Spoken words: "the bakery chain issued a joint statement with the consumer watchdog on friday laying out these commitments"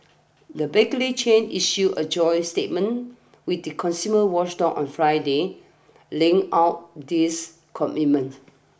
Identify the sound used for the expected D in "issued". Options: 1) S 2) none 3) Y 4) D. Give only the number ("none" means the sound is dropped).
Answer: 2